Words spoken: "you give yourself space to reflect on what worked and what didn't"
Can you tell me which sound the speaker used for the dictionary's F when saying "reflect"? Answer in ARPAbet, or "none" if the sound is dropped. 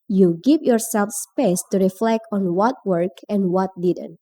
F